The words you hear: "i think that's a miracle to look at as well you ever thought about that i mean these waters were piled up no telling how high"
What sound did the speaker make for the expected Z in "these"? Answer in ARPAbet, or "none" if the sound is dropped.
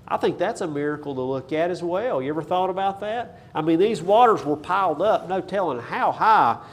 Z